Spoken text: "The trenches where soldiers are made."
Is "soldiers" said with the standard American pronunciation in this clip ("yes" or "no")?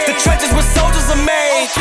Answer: yes